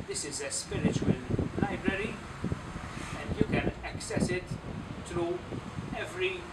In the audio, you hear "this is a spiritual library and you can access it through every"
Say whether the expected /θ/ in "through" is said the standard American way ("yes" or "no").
no